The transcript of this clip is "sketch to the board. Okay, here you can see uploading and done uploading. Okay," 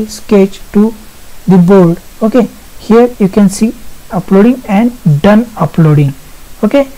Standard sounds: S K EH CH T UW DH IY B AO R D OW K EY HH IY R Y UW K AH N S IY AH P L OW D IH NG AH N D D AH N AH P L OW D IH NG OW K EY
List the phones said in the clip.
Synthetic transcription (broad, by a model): S K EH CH T UW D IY B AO L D OW K EY HH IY R Y UW K AH N S IY AH P L OW D IH NG AH N D D AH N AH P L OW D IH NG OW K EY